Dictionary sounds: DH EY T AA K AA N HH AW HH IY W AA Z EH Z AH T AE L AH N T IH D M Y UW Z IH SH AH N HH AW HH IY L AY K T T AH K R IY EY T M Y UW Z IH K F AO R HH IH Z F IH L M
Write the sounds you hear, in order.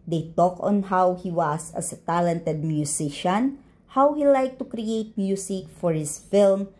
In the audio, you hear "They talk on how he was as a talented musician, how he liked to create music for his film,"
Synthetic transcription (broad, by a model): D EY T AA K AA N HH AW HH IY W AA S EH S AH T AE L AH N T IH D M Y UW S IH SH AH N HH AW HH IY L AY K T T AH K R IY EY T M Y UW S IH K F AO R HH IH S F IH L M